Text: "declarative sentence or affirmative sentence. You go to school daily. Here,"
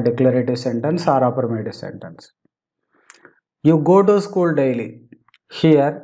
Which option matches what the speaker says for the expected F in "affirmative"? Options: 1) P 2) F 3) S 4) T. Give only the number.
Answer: 1